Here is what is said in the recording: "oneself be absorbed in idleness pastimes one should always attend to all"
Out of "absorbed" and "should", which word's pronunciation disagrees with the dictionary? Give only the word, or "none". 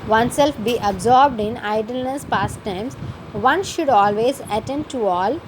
none